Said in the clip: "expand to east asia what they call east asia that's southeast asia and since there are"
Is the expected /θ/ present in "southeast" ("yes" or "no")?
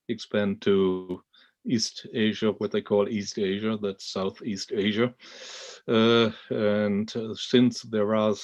yes